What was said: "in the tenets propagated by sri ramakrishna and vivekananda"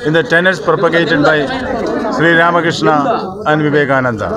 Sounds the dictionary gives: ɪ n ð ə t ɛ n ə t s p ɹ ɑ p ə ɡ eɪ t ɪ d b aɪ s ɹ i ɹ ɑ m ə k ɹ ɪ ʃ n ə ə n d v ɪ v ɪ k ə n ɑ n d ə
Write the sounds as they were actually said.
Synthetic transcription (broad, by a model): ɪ n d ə t ɛ n ə t s p ɹ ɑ p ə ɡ eɪ t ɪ d b aɪ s ɹ i ɹ ɑ m ə k ɹ ɪ ʃ n ə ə n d v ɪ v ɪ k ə n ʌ n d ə